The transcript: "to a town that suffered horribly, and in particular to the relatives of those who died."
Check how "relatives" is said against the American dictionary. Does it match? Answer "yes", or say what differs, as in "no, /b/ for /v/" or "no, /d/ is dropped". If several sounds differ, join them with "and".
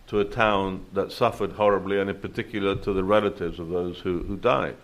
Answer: yes